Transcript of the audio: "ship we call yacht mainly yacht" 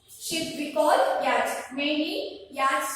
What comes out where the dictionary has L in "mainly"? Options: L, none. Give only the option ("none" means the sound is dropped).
none